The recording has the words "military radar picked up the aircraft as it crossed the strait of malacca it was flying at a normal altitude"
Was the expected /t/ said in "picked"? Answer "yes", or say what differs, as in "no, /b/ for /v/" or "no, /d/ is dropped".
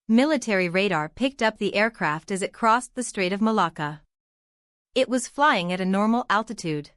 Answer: yes